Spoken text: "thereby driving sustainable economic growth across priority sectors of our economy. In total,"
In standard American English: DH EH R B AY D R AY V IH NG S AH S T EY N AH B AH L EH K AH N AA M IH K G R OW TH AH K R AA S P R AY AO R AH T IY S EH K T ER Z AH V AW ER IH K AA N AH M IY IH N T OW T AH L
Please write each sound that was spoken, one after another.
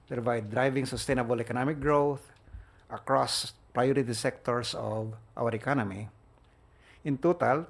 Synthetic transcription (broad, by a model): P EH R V AY D R AY V IH NG S AH S T EY N AH B AH L EH K AH N AA M IH K G R OW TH AH K R AA S P R AY AO R AH T IY S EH K T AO S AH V AW ER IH K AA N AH M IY IH N T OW T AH L